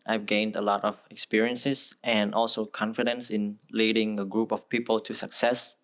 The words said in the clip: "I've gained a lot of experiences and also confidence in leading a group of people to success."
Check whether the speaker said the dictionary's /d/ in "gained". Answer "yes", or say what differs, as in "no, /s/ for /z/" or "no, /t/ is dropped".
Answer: yes